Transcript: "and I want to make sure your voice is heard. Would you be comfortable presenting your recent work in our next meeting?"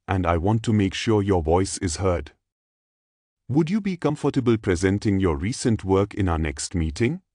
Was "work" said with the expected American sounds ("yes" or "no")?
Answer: yes